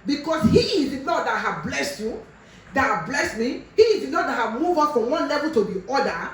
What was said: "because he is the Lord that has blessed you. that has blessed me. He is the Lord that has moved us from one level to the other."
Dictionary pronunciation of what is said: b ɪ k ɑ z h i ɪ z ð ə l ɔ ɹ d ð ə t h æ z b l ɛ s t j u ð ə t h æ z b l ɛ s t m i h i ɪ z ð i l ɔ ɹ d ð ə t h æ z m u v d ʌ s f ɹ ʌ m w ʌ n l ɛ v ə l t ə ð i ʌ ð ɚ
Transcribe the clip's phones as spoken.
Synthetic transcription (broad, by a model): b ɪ k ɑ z h i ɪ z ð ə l ɔ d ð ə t h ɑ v b l ɛ s t j u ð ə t h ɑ b l ɛ s t m i h i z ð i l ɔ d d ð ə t h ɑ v m u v ʌ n f ɹ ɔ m w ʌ n l ɛ v ə l t ə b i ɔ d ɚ